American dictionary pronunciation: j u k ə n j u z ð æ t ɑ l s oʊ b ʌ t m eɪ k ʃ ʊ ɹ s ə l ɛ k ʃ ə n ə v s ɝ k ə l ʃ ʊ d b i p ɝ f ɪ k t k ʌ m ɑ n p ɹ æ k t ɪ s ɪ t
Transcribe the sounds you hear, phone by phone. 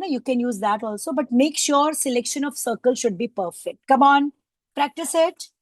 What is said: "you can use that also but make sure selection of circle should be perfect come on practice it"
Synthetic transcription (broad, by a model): j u k ə n j u z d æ t ɑ l s oʊ b ʌ t m eɪ k ʃ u ɹ s ə l ɛ k ʃ ə n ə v s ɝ k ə l ʃ ʊ d b i p ɝ f ɪ k t k ʌ m ɑ n p ɹ æ k t ɪ s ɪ t